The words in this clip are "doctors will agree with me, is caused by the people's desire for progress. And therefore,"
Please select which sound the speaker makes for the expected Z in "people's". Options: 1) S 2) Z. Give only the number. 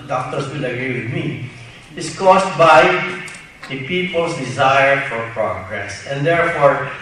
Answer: 1